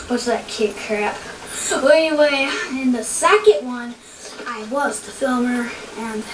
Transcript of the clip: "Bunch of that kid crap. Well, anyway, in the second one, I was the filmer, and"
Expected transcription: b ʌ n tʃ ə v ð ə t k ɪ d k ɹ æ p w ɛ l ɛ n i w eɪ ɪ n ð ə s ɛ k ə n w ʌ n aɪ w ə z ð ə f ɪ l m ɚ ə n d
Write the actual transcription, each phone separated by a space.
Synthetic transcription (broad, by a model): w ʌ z ð ə t k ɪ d k ɹ æ p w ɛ ɛ n i w eɪ ɪ n ð ə s ɛ k ə n w ʌ n aɪ w ə z ð ə f ɪ l m ɚ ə n